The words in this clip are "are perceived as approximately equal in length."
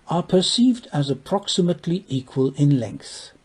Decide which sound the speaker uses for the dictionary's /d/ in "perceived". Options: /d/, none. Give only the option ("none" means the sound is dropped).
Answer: /d/